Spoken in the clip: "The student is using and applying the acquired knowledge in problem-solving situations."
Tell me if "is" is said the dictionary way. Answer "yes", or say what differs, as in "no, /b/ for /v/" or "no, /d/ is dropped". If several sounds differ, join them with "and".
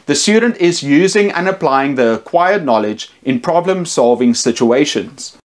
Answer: yes